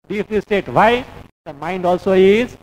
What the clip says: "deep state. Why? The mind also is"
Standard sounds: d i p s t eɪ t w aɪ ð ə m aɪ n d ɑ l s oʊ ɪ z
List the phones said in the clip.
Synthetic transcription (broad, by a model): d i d s t eɪ t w aɪ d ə m aɪ n d ɑ l s oʊ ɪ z